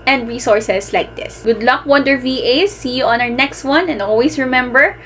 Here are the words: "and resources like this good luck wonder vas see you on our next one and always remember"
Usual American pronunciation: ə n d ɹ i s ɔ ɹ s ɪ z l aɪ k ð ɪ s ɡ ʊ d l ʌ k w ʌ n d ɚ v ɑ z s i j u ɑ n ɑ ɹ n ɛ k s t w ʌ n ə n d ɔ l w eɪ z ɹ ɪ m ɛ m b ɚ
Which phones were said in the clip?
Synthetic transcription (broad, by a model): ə n d ɹ i s ɔ ɹ s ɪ s l aɪ k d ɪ s ɡ ʊ d l ʌ k w ʌ n d ɚ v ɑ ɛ s i j u ɑ n ɑ ɹ n ɛ k s t w ʌ n ə n d ɔ l w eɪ s ɹ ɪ m ɛ m b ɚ